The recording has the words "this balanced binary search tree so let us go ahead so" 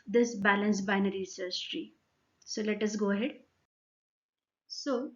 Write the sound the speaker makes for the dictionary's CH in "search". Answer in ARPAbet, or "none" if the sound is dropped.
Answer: S